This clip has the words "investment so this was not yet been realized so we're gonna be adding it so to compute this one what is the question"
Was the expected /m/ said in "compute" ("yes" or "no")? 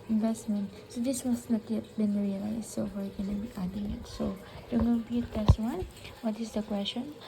no